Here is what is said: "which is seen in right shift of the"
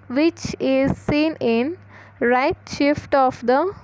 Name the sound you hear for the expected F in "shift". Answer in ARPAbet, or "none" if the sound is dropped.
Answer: F